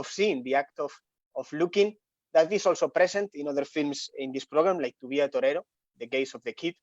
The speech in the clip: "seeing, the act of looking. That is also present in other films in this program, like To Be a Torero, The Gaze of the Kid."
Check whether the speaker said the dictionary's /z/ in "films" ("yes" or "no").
no